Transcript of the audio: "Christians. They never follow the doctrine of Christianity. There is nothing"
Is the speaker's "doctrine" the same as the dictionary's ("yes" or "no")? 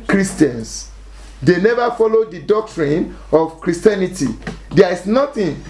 yes